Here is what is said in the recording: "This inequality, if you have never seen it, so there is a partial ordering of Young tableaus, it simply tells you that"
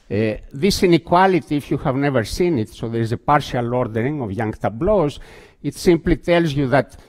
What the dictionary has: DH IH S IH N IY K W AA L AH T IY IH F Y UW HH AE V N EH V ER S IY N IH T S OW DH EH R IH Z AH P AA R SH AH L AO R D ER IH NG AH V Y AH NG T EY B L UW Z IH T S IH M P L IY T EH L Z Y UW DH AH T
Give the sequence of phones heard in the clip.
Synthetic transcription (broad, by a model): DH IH S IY N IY K W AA L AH T IY F Y UW HH AE V N EH V ER S IY N IH T S OW DH EH R IH Z AH P AA R SH AH L AO R D ER IH NG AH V Y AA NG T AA B L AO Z IH T S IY M P L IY T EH L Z Y UW DH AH T